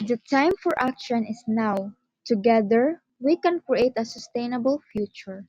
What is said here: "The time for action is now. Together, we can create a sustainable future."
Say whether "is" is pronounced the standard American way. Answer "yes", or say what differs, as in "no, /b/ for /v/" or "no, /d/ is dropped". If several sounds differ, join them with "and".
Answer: no, /s/ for /z/